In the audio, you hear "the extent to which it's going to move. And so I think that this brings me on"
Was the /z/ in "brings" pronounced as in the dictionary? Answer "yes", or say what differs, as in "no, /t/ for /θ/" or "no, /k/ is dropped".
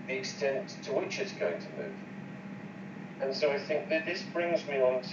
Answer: yes